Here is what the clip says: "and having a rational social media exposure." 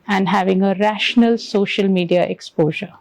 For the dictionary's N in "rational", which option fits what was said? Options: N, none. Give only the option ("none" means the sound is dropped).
N